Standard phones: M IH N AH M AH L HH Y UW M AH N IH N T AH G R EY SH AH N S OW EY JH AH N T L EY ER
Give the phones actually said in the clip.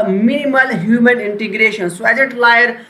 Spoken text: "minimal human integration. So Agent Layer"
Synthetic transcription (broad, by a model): M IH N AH M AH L HH Y UW M AH N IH N T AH G R EY SH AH N S OW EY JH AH T L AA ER